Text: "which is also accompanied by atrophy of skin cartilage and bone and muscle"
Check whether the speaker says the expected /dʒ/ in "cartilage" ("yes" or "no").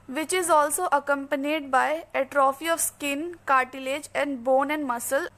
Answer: yes